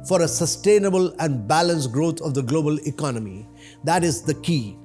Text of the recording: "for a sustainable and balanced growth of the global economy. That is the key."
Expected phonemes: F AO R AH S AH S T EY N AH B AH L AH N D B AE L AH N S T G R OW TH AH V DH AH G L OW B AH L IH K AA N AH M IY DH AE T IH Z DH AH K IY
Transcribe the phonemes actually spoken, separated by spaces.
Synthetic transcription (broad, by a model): F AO R AH S AH S T EY N AH B AH L AH N D B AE L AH N S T G R OW T AH V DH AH G L OW B AH L IH K AA N AH M IY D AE T IH Z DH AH K IY